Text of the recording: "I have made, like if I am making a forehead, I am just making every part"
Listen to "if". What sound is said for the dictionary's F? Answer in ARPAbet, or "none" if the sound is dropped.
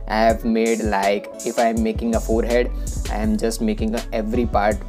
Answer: F